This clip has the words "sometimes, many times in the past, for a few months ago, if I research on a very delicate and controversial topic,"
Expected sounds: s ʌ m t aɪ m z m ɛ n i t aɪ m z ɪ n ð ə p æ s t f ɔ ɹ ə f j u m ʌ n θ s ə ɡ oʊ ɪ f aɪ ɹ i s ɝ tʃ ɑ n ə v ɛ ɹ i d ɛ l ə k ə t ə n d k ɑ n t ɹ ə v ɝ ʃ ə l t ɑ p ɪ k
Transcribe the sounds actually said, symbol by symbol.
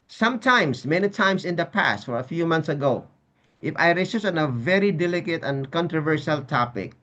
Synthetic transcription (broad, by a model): s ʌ m t aɪ m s m ɛ n i t aɪ m s ɪ n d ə p æ s t f ɔ ɹ ə f j u m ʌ n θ s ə ɡ oʊ ɪ f aɪ ɹ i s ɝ s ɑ n ə v ɛ ɹ i d ɛ l ə k ə t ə n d k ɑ n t ɹ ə v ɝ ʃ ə l t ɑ p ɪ k